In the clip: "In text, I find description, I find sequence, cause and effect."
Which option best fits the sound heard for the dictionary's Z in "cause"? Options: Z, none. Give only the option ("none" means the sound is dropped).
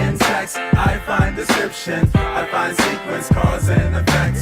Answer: Z